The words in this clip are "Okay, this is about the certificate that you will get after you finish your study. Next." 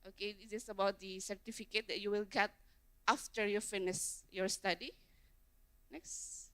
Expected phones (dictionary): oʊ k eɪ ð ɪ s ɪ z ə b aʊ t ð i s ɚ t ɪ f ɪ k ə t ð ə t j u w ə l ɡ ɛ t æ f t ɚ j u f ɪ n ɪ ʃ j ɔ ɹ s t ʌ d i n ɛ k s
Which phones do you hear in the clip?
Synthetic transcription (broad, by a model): oʊ k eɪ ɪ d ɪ s ə b aʊ t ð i s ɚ t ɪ f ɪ k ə t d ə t j u w ə l ɡ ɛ t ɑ f t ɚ j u f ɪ n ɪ s j ɔ ɹ s t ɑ d i n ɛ k s